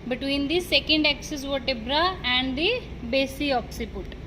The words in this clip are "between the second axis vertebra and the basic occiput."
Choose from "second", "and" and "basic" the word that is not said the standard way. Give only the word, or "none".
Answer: basic